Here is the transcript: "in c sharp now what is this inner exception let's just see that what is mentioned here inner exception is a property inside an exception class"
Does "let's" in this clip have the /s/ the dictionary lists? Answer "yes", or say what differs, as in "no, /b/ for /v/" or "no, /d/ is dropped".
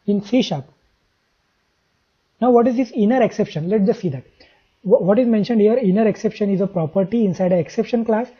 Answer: no, /s/ is dropped